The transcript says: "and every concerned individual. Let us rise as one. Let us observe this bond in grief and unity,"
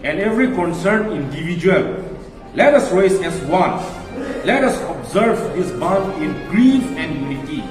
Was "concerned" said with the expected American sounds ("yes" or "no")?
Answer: no